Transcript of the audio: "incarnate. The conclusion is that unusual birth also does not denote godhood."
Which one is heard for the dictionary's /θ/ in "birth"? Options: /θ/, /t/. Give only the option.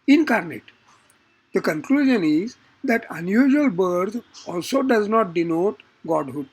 /t/